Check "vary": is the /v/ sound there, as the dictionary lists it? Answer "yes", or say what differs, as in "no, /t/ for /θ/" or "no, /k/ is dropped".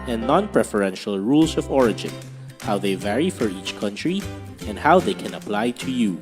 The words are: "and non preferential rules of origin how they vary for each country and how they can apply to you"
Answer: yes